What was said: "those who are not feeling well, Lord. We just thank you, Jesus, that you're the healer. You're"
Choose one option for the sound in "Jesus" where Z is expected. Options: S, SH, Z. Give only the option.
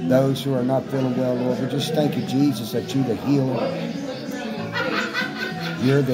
Z